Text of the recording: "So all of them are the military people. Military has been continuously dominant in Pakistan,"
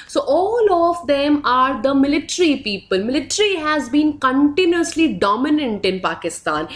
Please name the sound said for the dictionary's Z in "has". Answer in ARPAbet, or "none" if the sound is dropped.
Z